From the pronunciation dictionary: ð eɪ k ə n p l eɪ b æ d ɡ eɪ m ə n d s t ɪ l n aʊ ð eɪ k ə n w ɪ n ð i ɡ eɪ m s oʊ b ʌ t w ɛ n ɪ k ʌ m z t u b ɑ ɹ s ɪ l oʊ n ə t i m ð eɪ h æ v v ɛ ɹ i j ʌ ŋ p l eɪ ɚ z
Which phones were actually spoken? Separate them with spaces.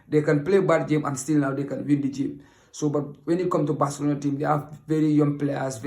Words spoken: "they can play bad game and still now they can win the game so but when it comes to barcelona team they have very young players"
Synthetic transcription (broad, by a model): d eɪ k ə n p l eɪ b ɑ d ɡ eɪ m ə n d s t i l n aʊ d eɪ k ə n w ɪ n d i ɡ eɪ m s oʊ b ʌ t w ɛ n ɪ k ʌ m t u b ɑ s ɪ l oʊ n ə t i m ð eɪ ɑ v v ɛ ɹ i j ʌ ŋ p l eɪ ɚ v